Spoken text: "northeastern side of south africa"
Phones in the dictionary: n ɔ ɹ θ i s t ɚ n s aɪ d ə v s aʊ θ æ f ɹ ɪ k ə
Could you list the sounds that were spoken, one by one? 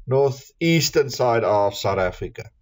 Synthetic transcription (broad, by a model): n ɔ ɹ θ i s t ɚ n s aɪ d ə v s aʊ t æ f ɹ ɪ k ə